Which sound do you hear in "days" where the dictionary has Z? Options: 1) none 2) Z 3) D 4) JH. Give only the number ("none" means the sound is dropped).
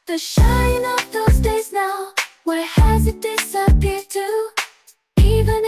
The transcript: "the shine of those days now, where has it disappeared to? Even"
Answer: 2